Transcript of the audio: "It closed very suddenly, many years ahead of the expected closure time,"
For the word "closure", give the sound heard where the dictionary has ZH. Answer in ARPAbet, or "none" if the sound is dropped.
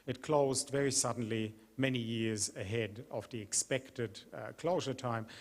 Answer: ZH